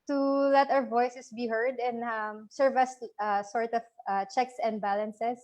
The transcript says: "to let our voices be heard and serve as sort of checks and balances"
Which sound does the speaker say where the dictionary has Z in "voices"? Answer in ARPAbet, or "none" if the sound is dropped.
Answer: S